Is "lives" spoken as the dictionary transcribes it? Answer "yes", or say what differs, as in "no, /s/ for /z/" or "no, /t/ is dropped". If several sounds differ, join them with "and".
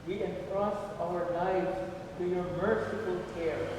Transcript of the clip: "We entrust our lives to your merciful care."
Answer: no, /n/ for /l/